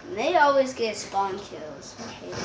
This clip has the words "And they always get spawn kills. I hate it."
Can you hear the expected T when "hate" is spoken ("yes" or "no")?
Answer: no